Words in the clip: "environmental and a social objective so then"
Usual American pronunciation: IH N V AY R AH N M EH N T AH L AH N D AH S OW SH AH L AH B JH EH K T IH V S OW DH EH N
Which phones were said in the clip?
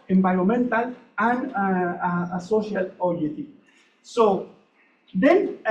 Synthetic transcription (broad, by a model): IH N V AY R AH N M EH N T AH L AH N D AH S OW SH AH L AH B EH T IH S OW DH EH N